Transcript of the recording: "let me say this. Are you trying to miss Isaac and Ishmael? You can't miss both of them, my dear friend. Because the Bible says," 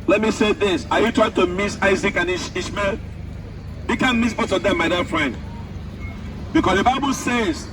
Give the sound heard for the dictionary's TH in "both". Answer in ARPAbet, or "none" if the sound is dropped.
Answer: S